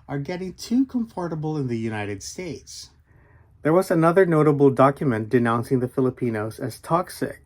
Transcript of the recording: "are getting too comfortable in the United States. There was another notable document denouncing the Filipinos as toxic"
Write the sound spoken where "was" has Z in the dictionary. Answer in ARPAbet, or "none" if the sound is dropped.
Z